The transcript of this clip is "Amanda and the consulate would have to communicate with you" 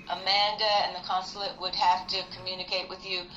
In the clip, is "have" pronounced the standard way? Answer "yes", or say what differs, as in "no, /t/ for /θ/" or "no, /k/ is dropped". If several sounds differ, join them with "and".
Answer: no, /f/ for /v/